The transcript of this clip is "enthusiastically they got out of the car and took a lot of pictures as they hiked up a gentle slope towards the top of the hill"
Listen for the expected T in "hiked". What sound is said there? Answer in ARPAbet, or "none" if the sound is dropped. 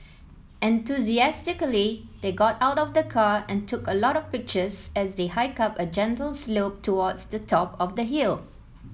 none